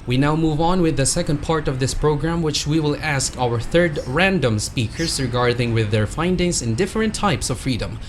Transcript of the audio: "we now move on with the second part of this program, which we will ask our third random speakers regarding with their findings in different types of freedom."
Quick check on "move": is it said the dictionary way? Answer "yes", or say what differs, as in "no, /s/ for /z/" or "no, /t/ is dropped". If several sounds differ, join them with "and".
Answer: yes